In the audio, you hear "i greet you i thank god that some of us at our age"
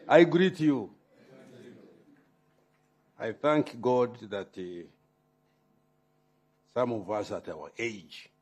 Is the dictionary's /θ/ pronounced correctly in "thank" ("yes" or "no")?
yes